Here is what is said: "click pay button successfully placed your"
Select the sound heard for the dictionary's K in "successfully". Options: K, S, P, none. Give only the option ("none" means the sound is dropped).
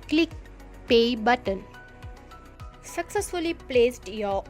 K